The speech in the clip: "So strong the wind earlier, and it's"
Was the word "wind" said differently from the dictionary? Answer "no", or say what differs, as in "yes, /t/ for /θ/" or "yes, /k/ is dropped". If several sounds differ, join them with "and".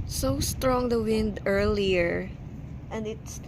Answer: no